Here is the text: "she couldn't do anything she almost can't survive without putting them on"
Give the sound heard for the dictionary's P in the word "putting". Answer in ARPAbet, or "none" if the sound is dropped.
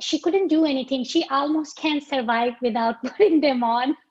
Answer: B